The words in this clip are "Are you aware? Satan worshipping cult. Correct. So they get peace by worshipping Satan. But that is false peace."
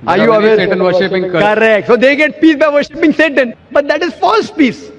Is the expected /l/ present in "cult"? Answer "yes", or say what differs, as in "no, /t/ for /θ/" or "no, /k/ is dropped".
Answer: no, /l/ is dropped